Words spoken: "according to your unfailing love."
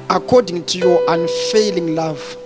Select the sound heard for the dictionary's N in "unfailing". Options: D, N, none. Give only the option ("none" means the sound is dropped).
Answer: N